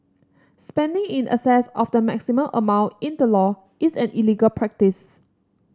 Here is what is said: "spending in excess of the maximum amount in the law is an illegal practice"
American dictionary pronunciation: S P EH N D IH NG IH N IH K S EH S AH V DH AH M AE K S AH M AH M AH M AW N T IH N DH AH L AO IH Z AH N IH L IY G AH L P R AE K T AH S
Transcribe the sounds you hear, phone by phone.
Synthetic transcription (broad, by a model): S P EH N D IH NG IH N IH S EH S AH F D AH M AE K S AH M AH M AH M AW N T IH N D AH L AO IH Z AH N IH L IY G AH L P R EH K T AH S